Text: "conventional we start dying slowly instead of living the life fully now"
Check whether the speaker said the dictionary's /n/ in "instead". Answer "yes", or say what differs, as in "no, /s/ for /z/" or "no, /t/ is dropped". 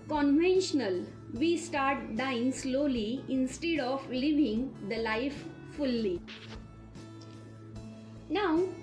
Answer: yes